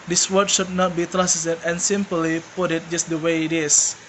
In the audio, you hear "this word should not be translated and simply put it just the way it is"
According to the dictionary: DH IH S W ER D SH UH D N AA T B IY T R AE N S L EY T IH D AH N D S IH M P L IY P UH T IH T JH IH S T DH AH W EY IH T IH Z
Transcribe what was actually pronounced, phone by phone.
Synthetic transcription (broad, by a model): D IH S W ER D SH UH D N AA T B IY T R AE S EY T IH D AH N S IH M P L IY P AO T IH T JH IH S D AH W EY IH T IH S